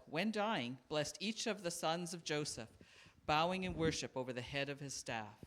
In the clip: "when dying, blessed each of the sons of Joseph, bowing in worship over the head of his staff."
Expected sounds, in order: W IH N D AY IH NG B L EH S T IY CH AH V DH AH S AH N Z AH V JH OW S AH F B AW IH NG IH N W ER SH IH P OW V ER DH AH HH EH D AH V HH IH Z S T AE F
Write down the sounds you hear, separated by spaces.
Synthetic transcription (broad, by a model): W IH N D AY IH NG B L EH S T IY CH AH V DH AH S AH N Z AH V JH OW S AH F B AW IH NG IH N W ER SH IH P OW V ER DH AH HH EH D AH V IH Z S T AE F